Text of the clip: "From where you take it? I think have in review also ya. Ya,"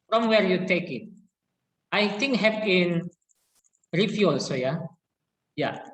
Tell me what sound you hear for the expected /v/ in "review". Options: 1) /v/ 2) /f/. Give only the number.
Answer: 2